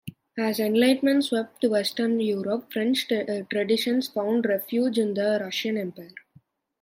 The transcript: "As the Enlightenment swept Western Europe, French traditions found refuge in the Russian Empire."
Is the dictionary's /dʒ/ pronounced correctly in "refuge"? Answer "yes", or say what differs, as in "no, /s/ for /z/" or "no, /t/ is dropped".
yes